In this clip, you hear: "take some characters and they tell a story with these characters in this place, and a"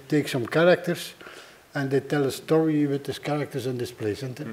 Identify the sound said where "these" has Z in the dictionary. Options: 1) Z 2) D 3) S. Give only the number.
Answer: 3